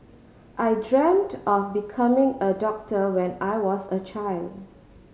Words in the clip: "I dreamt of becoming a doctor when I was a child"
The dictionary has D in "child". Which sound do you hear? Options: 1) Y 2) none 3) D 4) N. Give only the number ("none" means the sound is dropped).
3